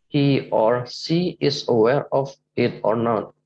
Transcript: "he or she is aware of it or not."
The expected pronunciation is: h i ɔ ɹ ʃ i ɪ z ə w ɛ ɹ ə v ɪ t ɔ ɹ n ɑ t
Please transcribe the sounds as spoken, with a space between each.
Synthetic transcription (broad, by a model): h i ɔ ɹ s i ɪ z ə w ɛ ɹ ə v ɪ t ɔ ɹ n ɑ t